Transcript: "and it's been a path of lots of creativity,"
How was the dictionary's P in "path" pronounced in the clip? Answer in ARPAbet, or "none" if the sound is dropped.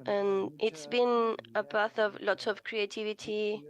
B